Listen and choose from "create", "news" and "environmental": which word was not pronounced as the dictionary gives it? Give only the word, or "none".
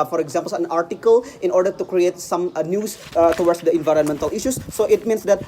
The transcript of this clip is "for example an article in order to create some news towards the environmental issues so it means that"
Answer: news